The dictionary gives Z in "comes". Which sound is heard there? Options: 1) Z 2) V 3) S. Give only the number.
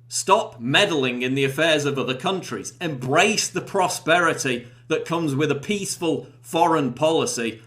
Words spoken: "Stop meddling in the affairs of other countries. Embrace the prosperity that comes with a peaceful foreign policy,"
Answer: 1